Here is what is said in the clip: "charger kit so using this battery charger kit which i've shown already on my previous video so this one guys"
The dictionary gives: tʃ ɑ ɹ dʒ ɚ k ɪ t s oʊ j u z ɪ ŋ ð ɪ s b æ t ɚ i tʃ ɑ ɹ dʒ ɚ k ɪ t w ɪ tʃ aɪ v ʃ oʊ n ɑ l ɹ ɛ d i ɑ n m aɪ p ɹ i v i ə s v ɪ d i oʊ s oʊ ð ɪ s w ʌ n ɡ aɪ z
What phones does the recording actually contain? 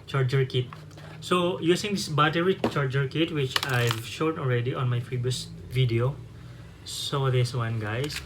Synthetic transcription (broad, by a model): tʃ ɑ ɹ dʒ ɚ k ɪ t s oʊ j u s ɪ ŋ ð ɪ s b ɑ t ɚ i tʃ ɑ ɹ dʒ ɚ k ɪ t w ɪ tʃ aɪ v ʃ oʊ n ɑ l ɹ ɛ d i ɑ n m aɪ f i b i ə s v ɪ d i oʊ s oʊ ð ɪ s w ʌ n ɡ aɪ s